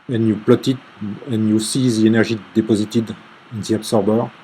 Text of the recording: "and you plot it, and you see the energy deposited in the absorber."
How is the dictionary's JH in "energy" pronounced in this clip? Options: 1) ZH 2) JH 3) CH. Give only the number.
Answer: 1